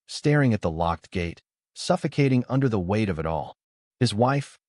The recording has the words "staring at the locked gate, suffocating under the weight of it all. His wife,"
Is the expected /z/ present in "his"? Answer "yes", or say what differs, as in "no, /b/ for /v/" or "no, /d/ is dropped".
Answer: yes